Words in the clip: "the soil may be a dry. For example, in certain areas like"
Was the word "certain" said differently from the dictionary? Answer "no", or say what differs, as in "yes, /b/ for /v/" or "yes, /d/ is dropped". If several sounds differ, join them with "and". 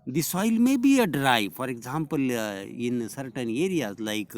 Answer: no